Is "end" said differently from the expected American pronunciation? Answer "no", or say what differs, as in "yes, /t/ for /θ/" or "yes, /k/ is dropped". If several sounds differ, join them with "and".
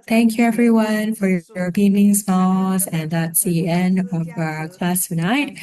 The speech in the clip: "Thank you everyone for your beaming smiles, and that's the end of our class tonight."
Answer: no